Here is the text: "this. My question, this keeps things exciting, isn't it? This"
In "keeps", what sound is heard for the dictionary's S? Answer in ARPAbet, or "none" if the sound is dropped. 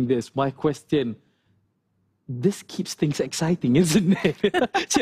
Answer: S